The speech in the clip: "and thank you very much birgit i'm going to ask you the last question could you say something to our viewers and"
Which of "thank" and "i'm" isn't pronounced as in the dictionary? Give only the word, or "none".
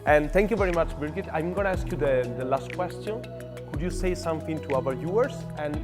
thank